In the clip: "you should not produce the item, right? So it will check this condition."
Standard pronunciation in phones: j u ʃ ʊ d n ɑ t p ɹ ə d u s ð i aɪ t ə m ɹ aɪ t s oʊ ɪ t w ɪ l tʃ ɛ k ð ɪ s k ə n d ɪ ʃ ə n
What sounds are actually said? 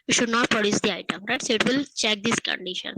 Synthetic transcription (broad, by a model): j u ʃ ʊ d n ɑ t p ɹ ə d u s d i aɪ t ə m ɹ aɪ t s oʊ ɪ t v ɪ l tʃ ɛ k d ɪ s k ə n d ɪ ʃ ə n